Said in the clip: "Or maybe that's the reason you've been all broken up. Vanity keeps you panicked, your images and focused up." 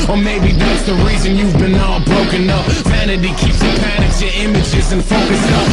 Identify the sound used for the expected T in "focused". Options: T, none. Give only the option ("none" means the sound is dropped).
none